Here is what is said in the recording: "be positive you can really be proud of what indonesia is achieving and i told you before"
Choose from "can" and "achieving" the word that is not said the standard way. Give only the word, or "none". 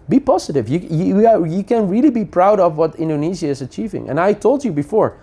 none